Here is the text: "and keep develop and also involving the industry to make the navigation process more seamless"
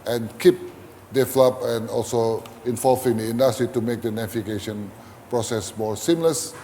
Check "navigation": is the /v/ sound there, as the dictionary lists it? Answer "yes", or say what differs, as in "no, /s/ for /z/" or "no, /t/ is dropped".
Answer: no, /f/ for /v/